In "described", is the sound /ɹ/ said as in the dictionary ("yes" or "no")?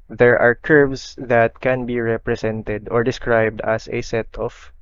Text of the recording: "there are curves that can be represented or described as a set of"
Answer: yes